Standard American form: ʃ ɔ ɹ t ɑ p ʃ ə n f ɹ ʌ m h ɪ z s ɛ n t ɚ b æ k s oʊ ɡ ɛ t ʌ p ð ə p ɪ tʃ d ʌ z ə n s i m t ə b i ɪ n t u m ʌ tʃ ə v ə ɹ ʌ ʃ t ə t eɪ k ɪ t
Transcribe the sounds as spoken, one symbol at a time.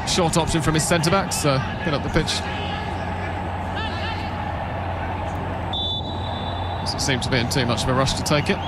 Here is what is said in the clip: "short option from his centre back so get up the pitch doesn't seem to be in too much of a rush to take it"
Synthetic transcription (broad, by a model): ʃ ɔ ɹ t ɑ p ʃ ə n f ɹ ʌ m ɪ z s ɛ n t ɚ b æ k s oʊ ɡ ɛ t ʌ p ð ə p ɪ tʃ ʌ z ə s s i m t ə b i ɪ n t u m ʌ tʃ ə v ə ɹ ʌ ʃ t ə t eɪ k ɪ t